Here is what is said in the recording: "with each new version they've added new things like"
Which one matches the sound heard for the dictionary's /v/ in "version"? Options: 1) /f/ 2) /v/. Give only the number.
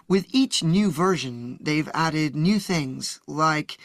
2